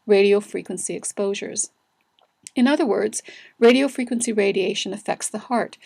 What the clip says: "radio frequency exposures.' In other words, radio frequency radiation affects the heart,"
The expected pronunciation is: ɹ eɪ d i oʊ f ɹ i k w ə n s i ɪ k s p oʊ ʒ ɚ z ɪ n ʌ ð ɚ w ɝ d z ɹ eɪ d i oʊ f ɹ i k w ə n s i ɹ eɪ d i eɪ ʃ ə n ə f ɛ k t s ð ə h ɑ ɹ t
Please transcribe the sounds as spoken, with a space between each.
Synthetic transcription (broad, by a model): ɹ eɪ d i oʊ f ɹ i k w ə n s i ɪ k s p oʊ ʒ ɚ z ɪ n ʌ ð ɚ w ɝ d z ɹ eɪ d i oʊ f ɹ i k w ə n s i ɹ eɪ d i eɪ ʃ ə n ə f ɛ k t s ð ə h ɑ ɹ t